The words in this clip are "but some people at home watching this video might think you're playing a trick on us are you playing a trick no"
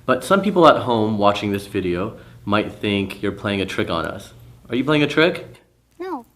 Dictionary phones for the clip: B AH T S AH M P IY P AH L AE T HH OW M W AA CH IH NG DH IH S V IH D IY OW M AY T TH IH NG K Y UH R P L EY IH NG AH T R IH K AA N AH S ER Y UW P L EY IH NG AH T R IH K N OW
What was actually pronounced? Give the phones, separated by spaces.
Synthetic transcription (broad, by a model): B AH T S AH M P IY P L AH T HH OW M W AA CH IH NG DH IH S V IH D IY OW M AY T TH IH NG K Y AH R P L EY IH NG AH T R IH K N AH S ER Y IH P L EY IH NG AH T R IH K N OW